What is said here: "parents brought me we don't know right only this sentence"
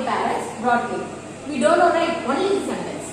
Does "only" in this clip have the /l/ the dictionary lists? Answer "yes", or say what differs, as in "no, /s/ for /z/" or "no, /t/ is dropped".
no, /l/ is dropped